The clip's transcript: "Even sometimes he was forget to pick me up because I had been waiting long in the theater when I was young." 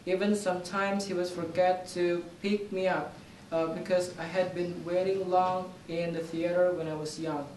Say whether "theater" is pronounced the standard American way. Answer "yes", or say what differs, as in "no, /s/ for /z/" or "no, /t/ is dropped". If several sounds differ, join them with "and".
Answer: yes